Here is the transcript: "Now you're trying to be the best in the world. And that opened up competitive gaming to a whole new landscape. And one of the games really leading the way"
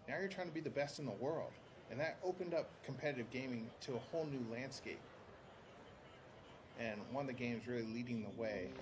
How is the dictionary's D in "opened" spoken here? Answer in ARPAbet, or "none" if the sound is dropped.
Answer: D